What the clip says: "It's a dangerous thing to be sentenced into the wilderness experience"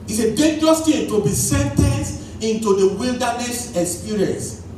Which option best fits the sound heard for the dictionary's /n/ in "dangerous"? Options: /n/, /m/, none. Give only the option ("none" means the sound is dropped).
none